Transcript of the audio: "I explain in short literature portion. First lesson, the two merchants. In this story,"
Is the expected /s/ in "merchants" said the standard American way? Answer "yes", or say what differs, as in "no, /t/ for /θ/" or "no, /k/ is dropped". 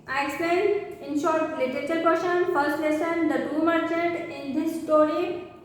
no, /s/ is dropped